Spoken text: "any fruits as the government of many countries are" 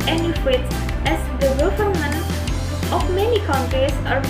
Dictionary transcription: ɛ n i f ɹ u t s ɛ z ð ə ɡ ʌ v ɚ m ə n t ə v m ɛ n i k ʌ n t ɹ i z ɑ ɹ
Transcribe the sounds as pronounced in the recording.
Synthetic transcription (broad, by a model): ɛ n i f w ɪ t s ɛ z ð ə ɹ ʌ f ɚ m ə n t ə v m ɛ n i k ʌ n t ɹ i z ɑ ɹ